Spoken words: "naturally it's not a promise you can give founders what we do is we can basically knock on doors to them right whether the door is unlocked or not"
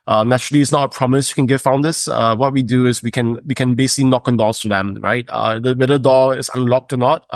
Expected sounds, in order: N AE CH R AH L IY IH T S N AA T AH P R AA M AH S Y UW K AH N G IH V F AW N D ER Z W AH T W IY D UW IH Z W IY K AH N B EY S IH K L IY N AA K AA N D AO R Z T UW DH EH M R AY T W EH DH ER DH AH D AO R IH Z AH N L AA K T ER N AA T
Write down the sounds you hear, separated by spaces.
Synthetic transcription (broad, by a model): N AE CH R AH L IY IH T S N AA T AH P R AA M AH S Y UW K AH N G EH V F AW N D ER S W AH T W IY D UW IH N W IY K AH N B EY S IH K L IY N AA K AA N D AO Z T UW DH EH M R AY T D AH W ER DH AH D AO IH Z AH N L AA K T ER N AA T